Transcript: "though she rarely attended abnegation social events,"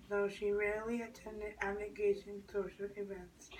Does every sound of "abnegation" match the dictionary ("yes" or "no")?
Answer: no